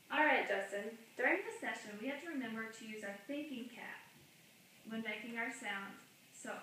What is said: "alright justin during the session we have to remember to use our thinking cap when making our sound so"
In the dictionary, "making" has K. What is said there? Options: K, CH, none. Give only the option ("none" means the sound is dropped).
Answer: K